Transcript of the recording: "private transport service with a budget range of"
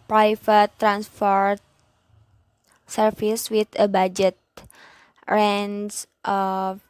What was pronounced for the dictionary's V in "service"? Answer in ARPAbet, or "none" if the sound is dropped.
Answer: F